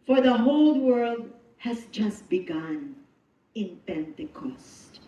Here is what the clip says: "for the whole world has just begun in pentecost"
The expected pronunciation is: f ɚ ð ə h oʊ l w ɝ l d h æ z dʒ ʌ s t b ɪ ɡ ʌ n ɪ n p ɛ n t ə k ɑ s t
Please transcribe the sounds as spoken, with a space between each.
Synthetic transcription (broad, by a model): f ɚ ð ə h oʊ l w ɝ l d h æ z dʒ ʌ s t b ɪ ɡ ʌ n ɪ n p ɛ n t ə k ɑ s t